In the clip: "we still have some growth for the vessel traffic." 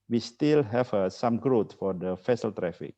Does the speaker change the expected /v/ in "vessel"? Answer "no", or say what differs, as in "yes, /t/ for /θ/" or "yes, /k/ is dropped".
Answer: yes, /f/ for /v/